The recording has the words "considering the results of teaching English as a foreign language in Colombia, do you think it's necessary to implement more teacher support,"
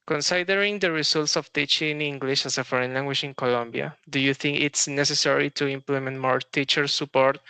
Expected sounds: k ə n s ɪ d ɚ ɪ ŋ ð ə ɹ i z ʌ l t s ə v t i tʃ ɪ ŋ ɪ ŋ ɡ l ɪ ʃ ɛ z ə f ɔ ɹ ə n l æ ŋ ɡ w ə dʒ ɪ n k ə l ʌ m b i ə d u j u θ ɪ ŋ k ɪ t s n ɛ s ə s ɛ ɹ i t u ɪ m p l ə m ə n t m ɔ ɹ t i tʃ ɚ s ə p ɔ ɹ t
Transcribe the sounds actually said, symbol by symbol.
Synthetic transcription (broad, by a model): k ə n s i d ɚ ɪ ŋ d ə ɹ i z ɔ l t s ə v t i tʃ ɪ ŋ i ŋ ɡ l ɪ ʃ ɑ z ə f ɔ ɹ ə n l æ ŋ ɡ w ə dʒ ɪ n k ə l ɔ m b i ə d u j u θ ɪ ŋ k ɪ t s n ɛ s ə s ɛ ɹ i t u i m p l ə m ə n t m ɔ ɹ t i tʃ ɚ s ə p ɔ ɹ t